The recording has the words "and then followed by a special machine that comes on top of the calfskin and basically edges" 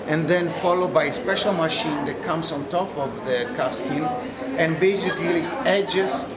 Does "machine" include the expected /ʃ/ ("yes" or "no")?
yes